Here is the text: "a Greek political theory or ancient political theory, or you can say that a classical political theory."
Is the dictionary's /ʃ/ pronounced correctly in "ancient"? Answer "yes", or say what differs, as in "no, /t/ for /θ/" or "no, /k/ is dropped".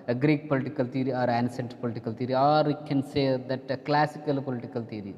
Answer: no, /s/ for /ʃ/